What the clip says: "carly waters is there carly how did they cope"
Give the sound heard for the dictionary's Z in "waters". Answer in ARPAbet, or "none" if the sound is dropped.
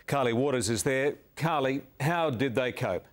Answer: Z